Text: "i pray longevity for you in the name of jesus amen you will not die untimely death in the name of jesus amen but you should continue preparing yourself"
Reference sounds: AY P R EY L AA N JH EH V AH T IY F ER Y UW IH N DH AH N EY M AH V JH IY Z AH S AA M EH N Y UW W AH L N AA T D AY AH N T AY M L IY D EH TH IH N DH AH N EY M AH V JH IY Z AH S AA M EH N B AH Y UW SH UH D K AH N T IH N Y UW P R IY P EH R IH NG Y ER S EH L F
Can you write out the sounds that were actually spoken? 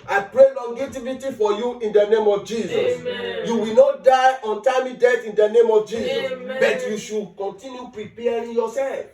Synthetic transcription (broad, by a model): AY P R EY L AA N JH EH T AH T IY F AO Y UW IH N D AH N EY M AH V JH IY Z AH S Y UW W AH L N AA T D AY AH N T AY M IY D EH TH IH N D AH N EY M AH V JH IY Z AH S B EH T Y UW SH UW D K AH N T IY N Y UW P R IY P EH R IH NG Y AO S EH L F